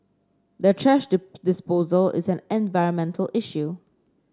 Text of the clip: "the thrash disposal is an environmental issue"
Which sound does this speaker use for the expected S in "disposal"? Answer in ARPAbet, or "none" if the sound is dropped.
S